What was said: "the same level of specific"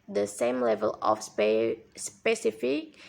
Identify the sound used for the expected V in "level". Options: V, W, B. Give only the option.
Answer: V